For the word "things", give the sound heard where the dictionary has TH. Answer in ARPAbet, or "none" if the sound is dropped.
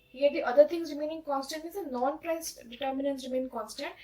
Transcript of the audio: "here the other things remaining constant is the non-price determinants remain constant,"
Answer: T